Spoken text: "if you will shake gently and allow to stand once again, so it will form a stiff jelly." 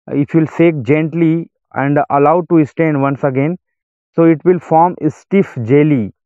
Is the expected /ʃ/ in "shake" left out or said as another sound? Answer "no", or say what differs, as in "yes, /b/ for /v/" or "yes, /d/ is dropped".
yes, /s/ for /ʃ/